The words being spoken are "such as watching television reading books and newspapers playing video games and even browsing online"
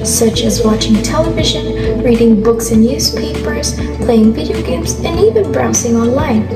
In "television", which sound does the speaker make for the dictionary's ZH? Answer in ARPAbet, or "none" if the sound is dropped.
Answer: ZH